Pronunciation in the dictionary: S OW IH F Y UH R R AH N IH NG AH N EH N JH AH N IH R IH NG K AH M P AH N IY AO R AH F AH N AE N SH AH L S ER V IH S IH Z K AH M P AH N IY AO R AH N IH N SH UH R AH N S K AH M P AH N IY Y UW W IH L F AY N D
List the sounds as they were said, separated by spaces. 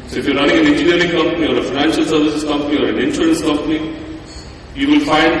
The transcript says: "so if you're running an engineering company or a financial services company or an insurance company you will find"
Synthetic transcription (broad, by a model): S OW IH F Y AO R R AH N IH NG AH N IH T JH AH AH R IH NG K AH M P AH N IY AO R AH F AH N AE N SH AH L S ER V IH S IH S K AH M P AH N IY AO R AH N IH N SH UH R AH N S K AH M P AH N IY Y UW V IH L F AY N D